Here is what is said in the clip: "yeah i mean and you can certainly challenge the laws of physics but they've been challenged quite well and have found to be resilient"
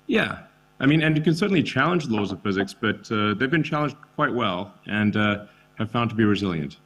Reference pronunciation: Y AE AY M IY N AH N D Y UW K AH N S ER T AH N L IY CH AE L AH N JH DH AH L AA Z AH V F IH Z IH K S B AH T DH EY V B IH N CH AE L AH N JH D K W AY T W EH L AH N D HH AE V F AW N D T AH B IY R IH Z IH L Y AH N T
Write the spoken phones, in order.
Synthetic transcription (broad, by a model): Y AE AY M IY N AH N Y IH K AH N S ER T N L IY CH AE L AH N JH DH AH L AA Z AH V F IH Z IH K S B AH T DH EY V B IH N CH AE L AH N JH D K W AY T W EH L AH N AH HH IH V F AW N T AH B IY R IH Z IH L Y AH N T